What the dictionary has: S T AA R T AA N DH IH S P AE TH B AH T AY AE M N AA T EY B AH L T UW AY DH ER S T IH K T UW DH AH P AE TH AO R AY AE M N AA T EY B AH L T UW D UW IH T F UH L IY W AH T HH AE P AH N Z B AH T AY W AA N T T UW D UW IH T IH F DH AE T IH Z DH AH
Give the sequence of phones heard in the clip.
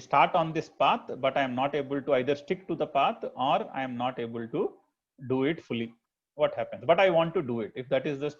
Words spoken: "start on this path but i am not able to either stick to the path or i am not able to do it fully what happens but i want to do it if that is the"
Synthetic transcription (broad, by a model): S T AA R T AA N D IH S P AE T B AH T AY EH M N AA T EY B AH L T UW AY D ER S T IH K T UW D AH P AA T AO R AY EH M N AA T EY B AH L T UW D UW IH T F UH L IY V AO T HH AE P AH N S B AH T AY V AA N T T UW D UW IH T IH F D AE T IH Z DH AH